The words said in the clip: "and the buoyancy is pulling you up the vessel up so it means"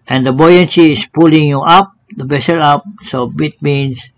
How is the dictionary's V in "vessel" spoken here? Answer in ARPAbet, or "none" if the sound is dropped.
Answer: B